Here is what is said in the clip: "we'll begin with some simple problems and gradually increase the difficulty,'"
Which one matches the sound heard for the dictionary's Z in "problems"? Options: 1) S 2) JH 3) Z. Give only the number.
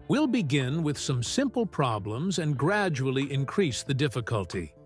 3